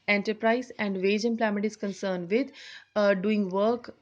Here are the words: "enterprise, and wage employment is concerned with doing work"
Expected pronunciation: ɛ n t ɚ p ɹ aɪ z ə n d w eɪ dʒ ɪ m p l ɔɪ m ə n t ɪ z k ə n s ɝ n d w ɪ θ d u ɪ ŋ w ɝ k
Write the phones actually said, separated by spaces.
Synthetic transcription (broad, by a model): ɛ n t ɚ p ɹ aɪ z ə n d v eɪ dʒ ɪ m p l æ m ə t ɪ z k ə n s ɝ n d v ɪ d d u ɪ ŋ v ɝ k